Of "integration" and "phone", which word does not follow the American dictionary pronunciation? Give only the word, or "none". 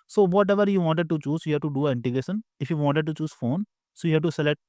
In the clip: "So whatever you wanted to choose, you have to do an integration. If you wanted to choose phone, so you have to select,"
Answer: none